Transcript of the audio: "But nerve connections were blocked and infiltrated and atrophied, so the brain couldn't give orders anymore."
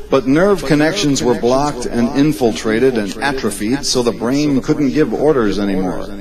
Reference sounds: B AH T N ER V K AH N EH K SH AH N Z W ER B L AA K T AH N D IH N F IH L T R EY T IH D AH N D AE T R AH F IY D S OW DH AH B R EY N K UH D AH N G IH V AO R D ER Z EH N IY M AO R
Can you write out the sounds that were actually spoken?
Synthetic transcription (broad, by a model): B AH T N ER V K AH N EH K SH AH N Z W ER B L AA K T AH N IH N F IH L T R EY T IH D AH N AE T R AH F IY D S OW DH AH B R EY N K UH D N G IH V AO R D ER Z EH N IY M AO R